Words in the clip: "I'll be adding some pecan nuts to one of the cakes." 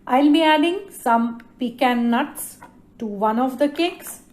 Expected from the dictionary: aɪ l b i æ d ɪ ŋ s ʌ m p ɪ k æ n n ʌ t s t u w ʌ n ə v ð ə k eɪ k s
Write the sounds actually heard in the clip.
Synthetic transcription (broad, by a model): aɪ l b i æ d ɪ ŋ s ʌ m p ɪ k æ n n ʌ t s t u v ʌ n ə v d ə k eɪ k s